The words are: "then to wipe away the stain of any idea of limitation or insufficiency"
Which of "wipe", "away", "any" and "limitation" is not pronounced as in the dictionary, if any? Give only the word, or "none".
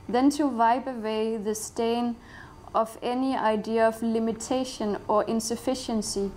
wipe